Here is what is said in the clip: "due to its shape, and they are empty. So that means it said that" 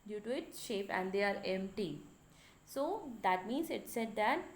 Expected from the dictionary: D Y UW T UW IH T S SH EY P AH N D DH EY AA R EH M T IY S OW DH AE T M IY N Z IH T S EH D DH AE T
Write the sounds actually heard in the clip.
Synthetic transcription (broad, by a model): D Y UW T UW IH T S SH EY P AH N D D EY AA R EH M T IY S OW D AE T M IY N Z IH T S EH D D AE T